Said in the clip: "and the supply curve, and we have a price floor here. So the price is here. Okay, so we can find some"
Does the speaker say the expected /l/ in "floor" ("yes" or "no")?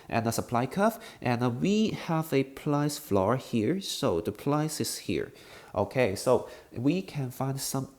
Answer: yes